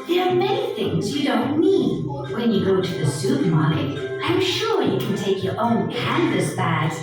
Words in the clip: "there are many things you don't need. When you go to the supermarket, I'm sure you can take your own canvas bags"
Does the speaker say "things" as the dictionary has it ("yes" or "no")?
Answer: yes